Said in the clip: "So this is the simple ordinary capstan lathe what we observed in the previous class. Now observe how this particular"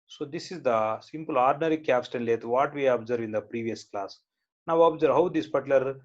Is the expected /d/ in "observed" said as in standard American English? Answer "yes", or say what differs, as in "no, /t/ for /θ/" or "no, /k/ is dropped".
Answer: no, /d/ is dropped